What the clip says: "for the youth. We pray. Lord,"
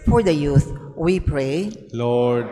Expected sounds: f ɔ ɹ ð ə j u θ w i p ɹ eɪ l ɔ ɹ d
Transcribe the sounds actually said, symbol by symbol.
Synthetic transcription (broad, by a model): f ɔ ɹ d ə j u s w i p ɹ eɪ l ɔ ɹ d